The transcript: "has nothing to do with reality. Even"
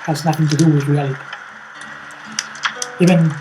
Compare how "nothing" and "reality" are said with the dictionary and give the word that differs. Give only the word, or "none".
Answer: none